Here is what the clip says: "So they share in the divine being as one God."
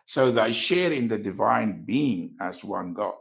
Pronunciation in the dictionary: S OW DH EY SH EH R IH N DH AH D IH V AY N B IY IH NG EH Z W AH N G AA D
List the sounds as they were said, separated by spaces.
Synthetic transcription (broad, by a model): S OW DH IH SH EH R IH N DH AH D IH V AY N B IY IH NG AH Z W AH N G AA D